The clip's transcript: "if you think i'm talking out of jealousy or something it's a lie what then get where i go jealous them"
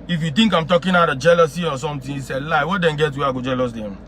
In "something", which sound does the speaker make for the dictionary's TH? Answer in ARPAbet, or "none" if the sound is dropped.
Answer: T